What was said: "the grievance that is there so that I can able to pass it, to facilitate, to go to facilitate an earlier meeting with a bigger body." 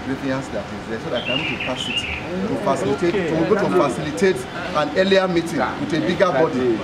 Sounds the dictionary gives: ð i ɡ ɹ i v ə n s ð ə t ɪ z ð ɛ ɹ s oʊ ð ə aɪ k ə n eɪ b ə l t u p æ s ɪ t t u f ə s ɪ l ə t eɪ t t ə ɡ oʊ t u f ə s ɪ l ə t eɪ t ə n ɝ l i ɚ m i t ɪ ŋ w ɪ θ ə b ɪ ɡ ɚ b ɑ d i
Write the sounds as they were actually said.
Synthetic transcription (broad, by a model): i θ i ə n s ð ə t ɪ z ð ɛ s oʊ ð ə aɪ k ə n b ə t u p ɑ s ɪ t t u f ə s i l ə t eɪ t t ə ɡ oʊ t u f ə s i l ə t eɪ t ə n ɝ l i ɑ m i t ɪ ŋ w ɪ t ə b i ɡ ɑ b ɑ d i